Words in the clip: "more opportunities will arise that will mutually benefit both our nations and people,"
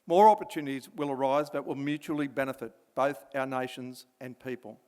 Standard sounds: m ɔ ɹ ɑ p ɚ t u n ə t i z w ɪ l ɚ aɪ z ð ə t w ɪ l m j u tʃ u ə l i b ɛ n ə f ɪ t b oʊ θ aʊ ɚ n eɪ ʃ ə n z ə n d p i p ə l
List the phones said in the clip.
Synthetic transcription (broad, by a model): m ɔ ɹ ɑ p ɚ t u n ə t i z w ɪ l ɚ aɪ z ð ə t w ɪ l m j u tʃ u l i b ɛ n ə f ɪ t b oʊ θ aʊ ɚ n eɪ ʃ ə n z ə n p i p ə l